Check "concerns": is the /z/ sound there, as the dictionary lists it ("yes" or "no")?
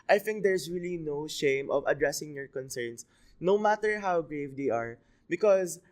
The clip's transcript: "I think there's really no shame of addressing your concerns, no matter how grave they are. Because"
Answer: no